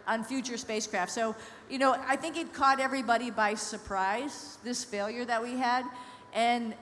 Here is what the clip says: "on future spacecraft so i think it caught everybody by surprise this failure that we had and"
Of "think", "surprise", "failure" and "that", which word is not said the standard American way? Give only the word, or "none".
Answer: none